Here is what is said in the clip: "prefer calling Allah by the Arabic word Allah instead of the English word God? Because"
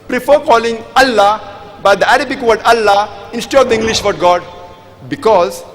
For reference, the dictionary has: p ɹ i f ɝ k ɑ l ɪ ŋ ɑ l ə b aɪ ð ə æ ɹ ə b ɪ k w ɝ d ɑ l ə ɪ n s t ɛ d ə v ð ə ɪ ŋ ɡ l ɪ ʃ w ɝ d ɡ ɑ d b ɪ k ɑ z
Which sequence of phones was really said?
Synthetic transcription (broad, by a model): p ɹ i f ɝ k ɑ l ɪ ŋ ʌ l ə b aɪ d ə æ ɹ ə b ɪ k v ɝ d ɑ l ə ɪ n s t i ə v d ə ɪ ŋ ɡ l ɪ ʃ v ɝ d ɡ ɑ d b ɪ k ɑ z